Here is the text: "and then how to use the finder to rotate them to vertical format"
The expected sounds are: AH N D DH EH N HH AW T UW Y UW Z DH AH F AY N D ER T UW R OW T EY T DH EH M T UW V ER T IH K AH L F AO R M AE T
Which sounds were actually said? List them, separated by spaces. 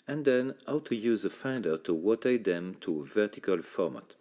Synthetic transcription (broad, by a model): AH N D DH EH N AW T UW Y UW Z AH F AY N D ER T UW W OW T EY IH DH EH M T UW V ER T IH K AH L F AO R M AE T